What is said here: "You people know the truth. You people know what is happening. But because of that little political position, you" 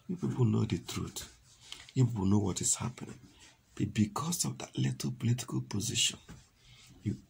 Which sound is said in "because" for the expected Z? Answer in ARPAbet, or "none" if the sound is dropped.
S